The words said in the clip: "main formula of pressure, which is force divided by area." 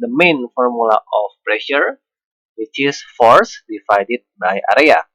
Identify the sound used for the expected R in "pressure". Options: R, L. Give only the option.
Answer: R